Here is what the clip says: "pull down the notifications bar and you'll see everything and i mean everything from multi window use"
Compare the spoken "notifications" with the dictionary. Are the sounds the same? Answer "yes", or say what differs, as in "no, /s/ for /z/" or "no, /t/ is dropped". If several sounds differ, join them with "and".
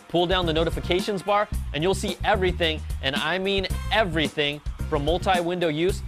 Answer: yes